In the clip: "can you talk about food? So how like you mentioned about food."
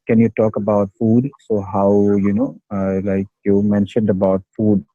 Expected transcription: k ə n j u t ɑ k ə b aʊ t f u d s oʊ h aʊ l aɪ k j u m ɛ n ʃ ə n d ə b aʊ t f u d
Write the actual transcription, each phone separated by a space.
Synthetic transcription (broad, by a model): k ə n j u t ɑ k ə b aʊ t f u d s oʊ h aʊ l aɪ k j u m ɛ n ʃ ə n d ə b aʊ t f u d